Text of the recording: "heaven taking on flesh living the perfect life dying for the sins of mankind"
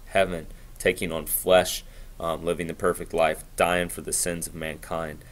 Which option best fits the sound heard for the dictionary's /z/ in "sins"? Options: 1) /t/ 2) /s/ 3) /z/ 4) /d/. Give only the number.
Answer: 3